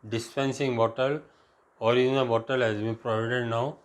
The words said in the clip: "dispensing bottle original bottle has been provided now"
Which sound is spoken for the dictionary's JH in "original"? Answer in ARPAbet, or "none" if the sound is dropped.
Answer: none